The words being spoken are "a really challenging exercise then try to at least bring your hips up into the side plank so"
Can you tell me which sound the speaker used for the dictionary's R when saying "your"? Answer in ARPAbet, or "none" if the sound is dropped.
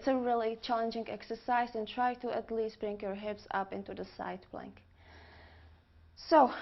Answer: R